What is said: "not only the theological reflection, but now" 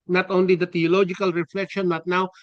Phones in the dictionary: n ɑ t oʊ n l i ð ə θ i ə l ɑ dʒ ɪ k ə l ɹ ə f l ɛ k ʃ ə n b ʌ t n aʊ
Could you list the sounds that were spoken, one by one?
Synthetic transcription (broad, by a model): n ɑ t oʊ n l i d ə t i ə l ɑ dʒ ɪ k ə l ɹ ə f l ɛ k ʃ ə n b ʌ t n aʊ